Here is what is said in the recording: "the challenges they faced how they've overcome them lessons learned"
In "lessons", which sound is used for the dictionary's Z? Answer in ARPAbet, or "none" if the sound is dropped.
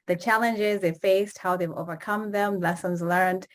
Z